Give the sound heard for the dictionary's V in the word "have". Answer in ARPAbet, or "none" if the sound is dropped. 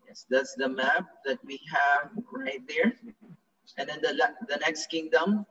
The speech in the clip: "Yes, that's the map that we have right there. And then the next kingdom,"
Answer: V